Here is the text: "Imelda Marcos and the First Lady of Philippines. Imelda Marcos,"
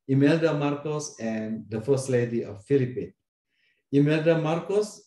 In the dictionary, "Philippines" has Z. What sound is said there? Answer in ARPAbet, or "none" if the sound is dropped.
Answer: none